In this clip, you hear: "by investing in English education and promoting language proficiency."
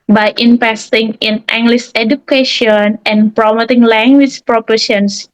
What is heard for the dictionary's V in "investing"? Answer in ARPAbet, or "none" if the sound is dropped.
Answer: P